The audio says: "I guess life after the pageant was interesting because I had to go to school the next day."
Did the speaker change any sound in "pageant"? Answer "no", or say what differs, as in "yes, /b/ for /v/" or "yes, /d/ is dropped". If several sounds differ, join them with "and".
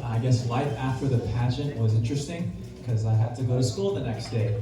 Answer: yes, /ʃ/ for /dʒ/